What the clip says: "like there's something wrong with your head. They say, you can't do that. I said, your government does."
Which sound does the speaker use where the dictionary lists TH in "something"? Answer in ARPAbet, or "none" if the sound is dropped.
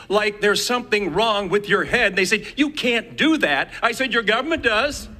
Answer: TH